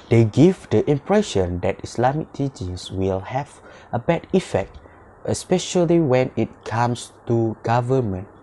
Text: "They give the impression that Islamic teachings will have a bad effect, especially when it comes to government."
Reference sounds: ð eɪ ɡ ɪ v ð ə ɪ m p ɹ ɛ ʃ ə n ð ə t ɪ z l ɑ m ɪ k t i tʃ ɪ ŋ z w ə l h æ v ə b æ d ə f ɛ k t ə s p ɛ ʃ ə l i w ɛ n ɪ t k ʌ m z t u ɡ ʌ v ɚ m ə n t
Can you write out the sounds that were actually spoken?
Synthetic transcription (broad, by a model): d eɪ ɡ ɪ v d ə ɪ m p ɹ ɛ ʃ ə n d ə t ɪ s l ɑ m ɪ k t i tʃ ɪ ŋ s w ə l h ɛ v ə b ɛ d ə f ɛ k t ə s p ɛ ʃ ə l i w ɛ n ɪ t k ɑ m s t u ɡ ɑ v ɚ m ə n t